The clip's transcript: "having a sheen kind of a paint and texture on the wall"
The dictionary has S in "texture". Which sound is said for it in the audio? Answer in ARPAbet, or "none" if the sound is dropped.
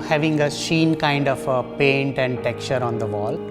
none